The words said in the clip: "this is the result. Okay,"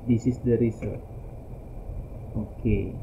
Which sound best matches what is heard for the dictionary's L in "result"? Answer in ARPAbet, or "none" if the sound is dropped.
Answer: none